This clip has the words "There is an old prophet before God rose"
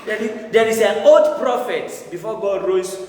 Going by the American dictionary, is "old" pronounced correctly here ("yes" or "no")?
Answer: no